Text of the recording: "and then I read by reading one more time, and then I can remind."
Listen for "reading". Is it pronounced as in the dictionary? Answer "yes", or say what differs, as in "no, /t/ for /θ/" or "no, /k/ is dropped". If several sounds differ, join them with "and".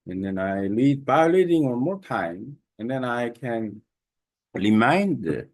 no, /l/ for /ɹ/